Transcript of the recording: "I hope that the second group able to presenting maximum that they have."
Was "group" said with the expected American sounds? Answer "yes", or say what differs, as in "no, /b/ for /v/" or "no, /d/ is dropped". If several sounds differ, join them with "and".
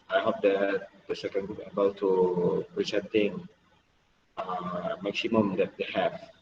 no, /ɹ/ is dropped